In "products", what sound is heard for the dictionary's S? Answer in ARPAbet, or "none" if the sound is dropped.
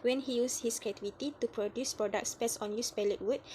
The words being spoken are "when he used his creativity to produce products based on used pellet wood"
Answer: S